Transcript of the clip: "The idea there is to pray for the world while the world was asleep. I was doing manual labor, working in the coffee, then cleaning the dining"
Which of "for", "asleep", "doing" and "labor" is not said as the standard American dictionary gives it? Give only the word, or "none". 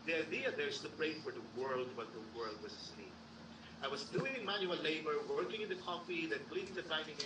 asleep